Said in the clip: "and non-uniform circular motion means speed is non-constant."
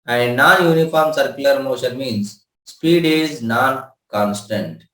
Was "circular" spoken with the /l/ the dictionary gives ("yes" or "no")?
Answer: no